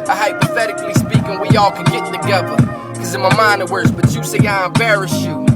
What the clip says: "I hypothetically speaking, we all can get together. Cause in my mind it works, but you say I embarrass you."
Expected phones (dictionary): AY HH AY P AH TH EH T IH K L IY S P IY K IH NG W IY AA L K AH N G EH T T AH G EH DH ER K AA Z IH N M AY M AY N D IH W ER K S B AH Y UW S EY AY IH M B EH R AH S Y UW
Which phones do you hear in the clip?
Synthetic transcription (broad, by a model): AY HH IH P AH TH EH T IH K L IY S P IY K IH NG W IY AA L K AH N G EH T T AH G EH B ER K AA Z IH N M AY M AY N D IH W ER S B AH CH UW S EY AY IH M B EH R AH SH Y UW